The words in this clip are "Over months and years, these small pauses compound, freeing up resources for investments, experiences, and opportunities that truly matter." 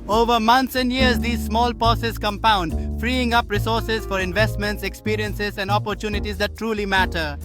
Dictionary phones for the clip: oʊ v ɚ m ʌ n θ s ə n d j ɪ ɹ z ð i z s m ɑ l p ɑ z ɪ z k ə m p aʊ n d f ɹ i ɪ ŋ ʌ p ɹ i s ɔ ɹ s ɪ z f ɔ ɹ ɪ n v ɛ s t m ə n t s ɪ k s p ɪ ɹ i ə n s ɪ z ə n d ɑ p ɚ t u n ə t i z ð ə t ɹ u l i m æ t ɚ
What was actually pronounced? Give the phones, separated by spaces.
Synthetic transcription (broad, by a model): oʊ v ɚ m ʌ n t s ə n d j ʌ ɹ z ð i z s m ɑ l p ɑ s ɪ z k ə m p aʊ n d f ɹ i ɪ ŋ ʌ p ɹ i s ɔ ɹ s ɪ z f ɔ ɹ ɪ n v ɛ s t m ə n t s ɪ k s p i ɹ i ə n s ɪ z ə n d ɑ p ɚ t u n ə t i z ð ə t ɹ u l i m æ t ɚ